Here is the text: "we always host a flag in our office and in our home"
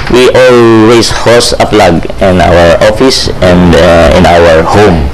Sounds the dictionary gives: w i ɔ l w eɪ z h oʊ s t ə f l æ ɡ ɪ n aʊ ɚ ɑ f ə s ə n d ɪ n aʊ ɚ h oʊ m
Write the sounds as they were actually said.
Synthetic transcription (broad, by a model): w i ɔ l w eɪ s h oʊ s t ə p l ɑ ɡ ɪ n aʊ ɚ ɑ f ə s ə n d ɪ n aʊ ɚ h oʊ m